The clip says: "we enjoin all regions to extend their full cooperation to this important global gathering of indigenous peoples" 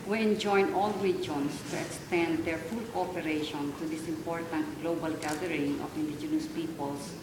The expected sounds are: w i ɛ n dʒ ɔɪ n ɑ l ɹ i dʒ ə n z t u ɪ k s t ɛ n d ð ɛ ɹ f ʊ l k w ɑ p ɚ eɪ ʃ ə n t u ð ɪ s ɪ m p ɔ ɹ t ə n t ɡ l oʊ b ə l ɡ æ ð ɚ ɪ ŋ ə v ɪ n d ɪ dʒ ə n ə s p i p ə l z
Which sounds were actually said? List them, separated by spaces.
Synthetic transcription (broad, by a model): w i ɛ n dʒ ɔɪ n ɑ l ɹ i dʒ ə n s t u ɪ k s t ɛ n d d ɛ ɹ f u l k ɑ p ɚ eɪ ʃ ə n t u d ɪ s ɪ m p ɔ ɹ t ə n t ɡ l oʊ b ə l ɡ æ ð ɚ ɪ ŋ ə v ɪ n d ɪ dʒ ə n ə s p i p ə l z